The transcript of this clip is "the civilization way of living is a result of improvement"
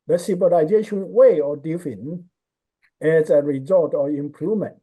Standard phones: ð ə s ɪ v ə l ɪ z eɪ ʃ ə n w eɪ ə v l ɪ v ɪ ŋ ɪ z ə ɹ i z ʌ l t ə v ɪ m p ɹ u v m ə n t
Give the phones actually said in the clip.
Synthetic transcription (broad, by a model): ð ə s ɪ b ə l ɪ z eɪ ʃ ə n w eɪ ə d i f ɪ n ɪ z ə ɹ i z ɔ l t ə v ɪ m p ɹ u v m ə n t